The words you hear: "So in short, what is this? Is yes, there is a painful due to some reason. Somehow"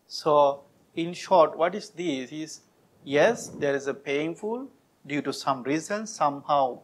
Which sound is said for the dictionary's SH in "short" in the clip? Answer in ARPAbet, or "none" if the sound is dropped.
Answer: SH